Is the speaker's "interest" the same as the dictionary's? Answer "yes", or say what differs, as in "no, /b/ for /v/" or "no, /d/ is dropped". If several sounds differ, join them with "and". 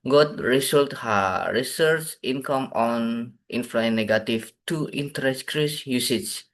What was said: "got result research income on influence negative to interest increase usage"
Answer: no, /ɹ/ is dropped and /s/ is dropped